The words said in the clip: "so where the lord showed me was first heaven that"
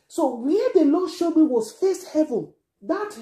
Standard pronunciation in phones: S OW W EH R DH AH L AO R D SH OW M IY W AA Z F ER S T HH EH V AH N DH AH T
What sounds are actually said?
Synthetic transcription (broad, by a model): S OW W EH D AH N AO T SH OW M IY W AA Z F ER S T HH EH V AH N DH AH T